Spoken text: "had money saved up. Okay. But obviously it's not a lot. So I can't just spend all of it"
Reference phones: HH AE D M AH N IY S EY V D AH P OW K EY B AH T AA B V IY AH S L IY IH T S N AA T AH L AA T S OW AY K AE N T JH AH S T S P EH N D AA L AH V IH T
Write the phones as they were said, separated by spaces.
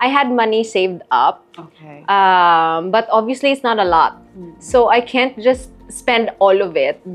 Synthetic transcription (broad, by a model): HH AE D M AH N IY S EY V D AH P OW B AH T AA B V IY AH S L IY IH T S N AA T AH L AA T S OW AY K AE N T JH AH S T S P EH N D AA L AH V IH T